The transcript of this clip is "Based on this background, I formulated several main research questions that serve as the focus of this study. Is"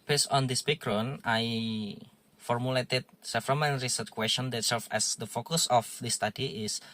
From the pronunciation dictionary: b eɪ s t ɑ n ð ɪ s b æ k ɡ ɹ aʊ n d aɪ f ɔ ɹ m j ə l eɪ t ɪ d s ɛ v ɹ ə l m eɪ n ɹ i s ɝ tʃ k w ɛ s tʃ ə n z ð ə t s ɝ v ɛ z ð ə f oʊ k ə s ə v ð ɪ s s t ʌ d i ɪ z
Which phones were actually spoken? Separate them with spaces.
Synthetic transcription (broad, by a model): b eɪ s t ɑ n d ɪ s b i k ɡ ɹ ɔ n aɪ f ɔ ɹ m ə l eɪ t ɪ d s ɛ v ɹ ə m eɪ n ɹ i s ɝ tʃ k w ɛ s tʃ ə n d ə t s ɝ f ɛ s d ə f oʊ k ə s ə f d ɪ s s t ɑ d i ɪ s